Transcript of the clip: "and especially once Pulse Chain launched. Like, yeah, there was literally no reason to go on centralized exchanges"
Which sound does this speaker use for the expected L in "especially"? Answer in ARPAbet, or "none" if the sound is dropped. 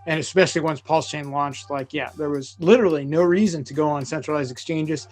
L